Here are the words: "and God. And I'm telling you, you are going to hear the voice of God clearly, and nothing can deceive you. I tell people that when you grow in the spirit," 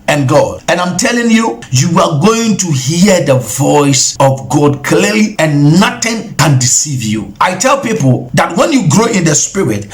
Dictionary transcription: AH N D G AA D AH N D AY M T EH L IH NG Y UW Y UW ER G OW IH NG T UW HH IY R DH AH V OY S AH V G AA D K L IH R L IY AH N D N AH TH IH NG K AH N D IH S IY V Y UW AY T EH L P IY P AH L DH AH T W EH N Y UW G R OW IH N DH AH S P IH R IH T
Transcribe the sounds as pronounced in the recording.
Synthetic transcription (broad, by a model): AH N G AA D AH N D AY M T EH L IH NG Y UW Y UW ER G OW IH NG T UW HH IY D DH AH V OY S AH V G AA D K L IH L IY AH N N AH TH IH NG K AH N D IH S IY V Y UW AY T EH L P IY P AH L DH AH T W EH N Y UW G R OW IH N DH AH S P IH R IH T